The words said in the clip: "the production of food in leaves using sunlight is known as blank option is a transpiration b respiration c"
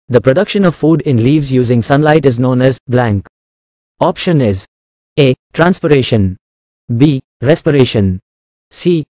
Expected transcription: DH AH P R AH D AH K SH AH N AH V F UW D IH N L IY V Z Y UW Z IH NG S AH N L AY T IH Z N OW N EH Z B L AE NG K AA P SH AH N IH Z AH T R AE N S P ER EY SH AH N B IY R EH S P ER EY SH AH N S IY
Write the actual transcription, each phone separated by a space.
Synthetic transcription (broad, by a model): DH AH P R AH D AH K SH AH N AH V F UW D IH N L IY V Z Y UW Z IH NG S AH N L AY T IH Z N OW N EH Z B L AE NG K AA P SH AH N IH Z AH T R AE N S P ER EY SH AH N B IY R EH S P ER EY SH AH N S IY